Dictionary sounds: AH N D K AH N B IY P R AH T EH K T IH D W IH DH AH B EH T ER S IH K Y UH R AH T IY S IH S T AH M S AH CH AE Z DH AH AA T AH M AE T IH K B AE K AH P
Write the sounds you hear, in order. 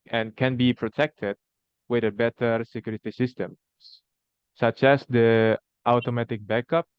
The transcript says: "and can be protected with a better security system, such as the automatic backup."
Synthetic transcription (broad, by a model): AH N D K AH N B IY P R AH T EH K T IH D W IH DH AH B EH T ER S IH K Y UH R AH T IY S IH S T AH M S AH CH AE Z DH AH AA T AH M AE T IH K B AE K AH P